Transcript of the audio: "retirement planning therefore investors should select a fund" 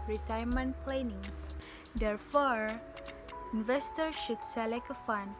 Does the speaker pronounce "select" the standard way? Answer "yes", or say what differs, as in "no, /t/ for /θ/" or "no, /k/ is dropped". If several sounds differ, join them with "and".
no, /t/ is dropped